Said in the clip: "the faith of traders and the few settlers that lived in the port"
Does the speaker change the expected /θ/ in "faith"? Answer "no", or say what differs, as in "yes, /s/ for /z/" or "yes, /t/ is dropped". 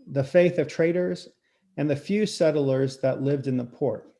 no